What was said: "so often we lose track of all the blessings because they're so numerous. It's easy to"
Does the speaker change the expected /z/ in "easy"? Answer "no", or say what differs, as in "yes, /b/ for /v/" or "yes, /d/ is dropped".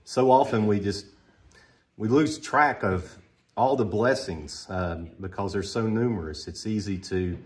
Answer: no